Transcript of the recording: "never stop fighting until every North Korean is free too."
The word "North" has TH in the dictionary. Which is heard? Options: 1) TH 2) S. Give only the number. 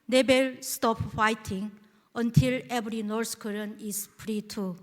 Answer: 2